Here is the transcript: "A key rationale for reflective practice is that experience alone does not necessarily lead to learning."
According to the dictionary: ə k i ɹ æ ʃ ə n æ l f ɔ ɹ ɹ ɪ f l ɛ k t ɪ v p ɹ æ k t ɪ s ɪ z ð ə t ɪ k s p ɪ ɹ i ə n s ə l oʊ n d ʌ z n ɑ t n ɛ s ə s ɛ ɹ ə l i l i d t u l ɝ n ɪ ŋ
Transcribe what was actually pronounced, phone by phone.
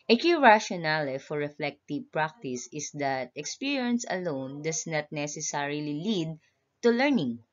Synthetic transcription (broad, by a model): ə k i ɹ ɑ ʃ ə n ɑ l f ɔ ɹ ɹ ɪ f l ɛ k t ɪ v p ɹ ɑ k t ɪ s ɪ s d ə t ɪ k s p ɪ ɹ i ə n s ə l oʊ n d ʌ s n ɑ t n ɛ s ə s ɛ ɹ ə l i l i d t u l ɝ n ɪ ŋ